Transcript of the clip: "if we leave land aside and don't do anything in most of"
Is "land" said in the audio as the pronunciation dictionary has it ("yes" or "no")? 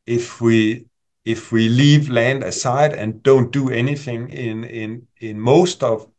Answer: yes